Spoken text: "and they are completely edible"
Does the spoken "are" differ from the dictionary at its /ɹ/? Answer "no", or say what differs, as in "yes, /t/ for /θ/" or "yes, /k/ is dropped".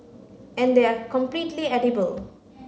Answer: no